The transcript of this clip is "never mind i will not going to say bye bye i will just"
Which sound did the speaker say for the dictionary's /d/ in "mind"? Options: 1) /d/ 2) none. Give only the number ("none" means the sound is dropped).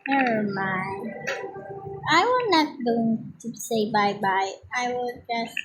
2